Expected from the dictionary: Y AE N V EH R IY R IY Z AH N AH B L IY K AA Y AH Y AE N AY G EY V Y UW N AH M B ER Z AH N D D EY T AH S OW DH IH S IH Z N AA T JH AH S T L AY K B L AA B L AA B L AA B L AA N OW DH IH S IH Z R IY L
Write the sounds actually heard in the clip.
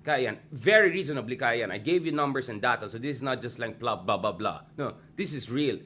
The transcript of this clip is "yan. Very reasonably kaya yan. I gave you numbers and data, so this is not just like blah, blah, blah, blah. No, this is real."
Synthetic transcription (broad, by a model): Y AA N V EH R IY R IY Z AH N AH B L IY K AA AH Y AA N AY G EY V Y UW N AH M B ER S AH N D D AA T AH S OW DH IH S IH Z N AA T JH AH S T L AY K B L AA B L AA B L AA B L AA N OW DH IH S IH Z R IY L